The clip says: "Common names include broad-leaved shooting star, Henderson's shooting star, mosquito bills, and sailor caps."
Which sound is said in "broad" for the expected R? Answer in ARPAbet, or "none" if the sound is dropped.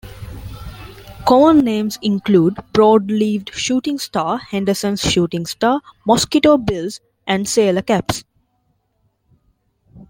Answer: R